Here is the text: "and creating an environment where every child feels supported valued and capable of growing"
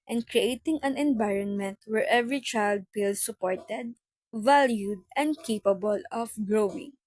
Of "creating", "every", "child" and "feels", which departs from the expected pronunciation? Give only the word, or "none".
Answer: feels